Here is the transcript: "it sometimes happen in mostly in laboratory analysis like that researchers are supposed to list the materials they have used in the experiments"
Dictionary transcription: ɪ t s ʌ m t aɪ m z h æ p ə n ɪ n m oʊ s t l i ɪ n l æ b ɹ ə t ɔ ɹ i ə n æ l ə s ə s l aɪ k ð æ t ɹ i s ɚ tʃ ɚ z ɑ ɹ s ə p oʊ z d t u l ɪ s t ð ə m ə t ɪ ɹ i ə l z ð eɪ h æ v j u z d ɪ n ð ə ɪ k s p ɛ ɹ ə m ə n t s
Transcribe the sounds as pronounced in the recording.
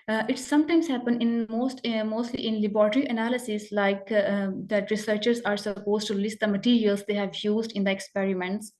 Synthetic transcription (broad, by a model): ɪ t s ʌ m t aɪ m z h æ p ə n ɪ n m oʊ s t l i ɪ n l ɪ b ɹ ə t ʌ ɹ i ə n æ l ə s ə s l aɪ k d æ t ɹ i s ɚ tʃ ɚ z ɑ ɹ s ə p oʊ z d t u l ɪ s t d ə m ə t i ɹ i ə l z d eɪ h æ v j u z d ɪ n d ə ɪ k s p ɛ ɹ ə m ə n t s